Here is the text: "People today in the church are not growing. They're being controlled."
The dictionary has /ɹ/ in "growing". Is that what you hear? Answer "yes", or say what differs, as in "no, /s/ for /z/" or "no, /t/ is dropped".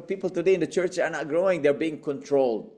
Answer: yes